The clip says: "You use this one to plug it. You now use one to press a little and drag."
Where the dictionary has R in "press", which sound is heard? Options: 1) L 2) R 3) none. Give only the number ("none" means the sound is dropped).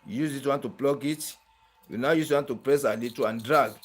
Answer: 2